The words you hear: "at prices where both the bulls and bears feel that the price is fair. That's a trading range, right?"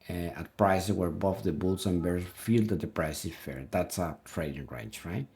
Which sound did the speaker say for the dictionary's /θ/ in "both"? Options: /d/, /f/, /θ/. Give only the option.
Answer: /f/